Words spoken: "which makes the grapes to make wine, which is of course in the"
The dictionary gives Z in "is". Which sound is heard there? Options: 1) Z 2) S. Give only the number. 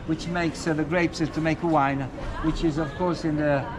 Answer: 1